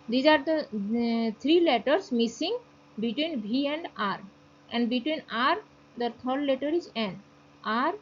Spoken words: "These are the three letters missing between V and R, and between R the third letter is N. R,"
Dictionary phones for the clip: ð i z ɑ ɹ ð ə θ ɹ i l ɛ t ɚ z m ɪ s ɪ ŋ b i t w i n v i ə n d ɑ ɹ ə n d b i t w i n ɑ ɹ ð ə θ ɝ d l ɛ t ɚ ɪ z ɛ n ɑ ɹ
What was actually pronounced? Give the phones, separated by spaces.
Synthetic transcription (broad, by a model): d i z ɑ ɹ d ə t ɹ i l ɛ t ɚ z m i s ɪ ŋ b i t w i n b i ə n d ɑ ɹ ə n d b i t w i n ɑ ɹ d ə t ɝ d l ɛ t ɚ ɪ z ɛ n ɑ ɹ